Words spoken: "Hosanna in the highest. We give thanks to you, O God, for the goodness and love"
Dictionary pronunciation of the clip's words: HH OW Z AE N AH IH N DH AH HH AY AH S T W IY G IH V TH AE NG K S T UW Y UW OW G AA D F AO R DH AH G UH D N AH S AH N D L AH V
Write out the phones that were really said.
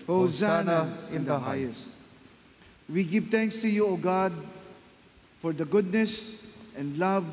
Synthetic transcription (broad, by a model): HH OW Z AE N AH IH N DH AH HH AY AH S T W IY G IH V T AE NG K S T UW Y UW OW G AA D F AO R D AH G UH D N AH S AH N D L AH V